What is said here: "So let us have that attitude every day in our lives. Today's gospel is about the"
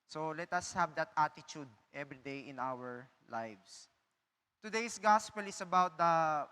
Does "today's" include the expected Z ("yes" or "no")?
no